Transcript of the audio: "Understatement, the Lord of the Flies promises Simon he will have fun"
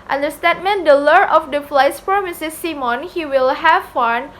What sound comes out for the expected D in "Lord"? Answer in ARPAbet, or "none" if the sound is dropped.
none